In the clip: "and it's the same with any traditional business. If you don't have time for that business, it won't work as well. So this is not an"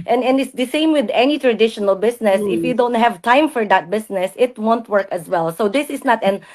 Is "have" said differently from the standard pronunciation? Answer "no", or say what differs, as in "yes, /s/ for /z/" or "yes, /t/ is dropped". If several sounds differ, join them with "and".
no